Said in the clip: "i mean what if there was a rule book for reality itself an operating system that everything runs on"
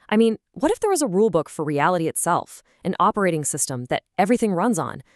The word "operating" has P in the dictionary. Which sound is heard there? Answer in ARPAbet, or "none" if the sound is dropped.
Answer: P